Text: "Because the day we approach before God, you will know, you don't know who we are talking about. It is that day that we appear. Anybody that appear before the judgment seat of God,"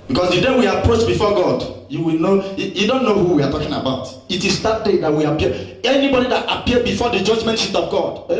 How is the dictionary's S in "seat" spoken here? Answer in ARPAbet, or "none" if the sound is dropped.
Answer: SH